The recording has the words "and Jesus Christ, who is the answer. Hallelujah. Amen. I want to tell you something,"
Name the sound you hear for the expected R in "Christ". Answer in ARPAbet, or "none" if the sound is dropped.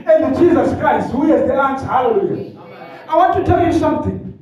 R